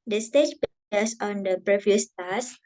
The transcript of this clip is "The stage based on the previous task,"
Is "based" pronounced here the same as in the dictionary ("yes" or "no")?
no